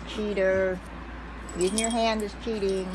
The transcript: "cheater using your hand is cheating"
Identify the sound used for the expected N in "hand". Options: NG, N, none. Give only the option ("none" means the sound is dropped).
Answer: N